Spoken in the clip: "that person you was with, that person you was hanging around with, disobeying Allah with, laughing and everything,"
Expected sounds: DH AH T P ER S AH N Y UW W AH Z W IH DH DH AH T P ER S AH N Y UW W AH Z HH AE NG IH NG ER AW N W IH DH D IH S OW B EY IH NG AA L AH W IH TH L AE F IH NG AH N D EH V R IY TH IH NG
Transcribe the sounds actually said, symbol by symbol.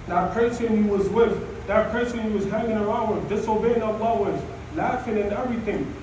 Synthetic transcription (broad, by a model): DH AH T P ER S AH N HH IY W AH Z W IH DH DH AH T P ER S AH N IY W AH Z HH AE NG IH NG ER AW N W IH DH D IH S OW B EY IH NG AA L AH W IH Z L AE F IH NG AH N EH V R IY TH IH NG